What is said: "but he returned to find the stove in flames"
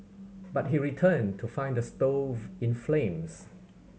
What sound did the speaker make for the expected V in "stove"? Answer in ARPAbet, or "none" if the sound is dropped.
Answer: V